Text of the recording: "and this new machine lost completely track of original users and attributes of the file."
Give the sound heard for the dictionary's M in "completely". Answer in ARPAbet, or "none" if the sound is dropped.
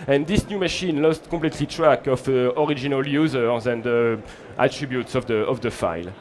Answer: none